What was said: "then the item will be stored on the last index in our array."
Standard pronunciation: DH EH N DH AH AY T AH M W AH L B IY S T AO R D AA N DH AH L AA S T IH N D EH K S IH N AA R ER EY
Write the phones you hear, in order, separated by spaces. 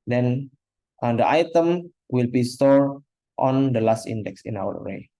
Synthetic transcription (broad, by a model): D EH N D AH AY T AH M W AH L B IY S T AO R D AA N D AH L AA S T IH N D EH K S IH N AA W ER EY